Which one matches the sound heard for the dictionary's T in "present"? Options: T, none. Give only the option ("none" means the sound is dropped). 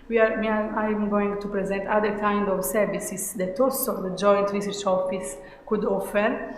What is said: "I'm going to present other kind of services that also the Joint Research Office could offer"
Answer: T